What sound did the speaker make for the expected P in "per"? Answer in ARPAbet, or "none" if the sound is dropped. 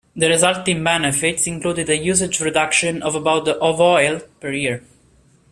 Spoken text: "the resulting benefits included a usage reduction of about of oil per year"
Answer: P